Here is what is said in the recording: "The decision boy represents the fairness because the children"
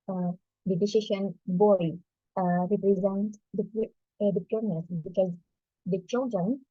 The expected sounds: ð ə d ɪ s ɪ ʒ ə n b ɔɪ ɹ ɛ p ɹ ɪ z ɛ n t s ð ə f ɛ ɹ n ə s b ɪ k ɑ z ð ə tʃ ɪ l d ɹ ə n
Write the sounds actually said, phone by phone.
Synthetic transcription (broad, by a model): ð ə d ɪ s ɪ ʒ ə n b ɔɪ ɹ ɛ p ɹ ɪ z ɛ n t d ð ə p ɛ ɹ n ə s b ɪ k ɑ z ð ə tʃ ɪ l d ɹ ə n